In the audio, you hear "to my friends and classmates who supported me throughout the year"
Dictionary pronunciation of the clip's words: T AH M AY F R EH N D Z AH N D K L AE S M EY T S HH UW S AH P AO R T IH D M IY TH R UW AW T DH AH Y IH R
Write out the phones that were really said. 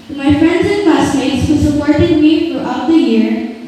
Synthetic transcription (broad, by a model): M AY F R EH N D Z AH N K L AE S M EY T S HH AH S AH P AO R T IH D M IY F R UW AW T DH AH Y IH R